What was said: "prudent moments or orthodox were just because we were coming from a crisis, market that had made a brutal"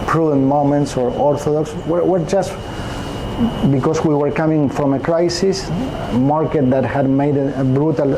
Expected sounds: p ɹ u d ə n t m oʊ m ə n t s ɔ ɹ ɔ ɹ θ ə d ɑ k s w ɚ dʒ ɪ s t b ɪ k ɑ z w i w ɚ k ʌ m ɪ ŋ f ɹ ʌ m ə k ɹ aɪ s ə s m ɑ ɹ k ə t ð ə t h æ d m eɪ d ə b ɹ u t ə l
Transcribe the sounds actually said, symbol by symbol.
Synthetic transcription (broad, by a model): p ɹ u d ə n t m oʊ m ə n t s ɔ ɹ ɔ ɹ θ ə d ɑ k s w ɚ dʒ ɪ s t b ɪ k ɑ s w i w ɚ k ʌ m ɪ ŋ f ɹ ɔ m ə k ɹ aɪ s ə s m ɑ ɹ k ə t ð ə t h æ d m eɪ d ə b ɹ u t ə l